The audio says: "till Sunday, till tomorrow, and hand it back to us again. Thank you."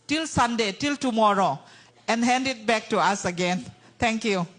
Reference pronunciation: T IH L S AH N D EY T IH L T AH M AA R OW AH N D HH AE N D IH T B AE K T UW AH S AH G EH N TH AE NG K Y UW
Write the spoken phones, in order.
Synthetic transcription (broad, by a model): T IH L S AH N D EY T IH L T AH M AA R OW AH N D HH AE N D IH T B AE K T UW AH S AH G EH N T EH NG K Y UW